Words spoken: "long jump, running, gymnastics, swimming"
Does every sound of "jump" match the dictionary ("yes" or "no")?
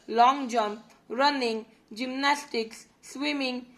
yes